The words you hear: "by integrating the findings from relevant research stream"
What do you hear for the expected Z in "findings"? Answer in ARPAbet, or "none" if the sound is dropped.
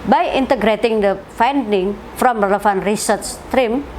none